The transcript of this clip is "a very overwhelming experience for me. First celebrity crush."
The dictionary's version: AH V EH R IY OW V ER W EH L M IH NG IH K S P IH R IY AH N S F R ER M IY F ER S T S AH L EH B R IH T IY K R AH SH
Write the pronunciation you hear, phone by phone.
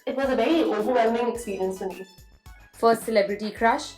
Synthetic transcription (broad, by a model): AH V EH R IY OW V ER W EH L M IH NG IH K S P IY R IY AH N S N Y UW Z F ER S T S AH L EH B R IH T IY K R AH SH